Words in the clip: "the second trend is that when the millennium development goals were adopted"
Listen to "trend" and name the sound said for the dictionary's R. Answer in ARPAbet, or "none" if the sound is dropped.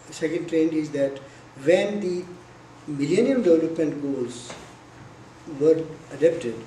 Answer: R